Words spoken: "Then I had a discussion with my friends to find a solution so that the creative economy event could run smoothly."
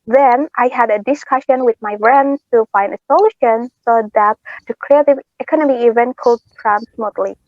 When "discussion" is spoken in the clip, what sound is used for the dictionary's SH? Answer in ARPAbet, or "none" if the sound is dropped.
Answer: SH